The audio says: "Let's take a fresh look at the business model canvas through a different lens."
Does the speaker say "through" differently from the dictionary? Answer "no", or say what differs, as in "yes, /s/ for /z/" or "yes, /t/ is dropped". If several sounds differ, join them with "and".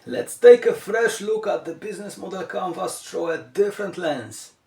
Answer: yes, /t/ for /θ/